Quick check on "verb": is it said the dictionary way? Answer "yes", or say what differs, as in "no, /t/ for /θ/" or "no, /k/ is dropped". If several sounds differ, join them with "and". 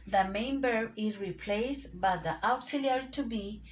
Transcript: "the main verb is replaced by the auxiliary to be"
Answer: no, /b/ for /v/ and /b/ is dropped